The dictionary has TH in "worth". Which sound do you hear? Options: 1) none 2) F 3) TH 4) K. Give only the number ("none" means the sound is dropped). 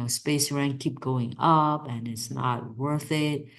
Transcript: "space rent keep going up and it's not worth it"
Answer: 3